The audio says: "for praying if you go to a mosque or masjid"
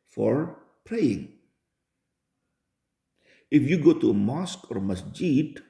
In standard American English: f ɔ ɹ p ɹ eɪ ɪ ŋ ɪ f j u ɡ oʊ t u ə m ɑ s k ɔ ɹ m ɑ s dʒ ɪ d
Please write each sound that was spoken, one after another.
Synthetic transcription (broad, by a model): f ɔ ɹ p ɹ eɪ ɪ ŋ ɪ f j u ɡ oʊ t u ə m ɑ s k ɔ ɹ m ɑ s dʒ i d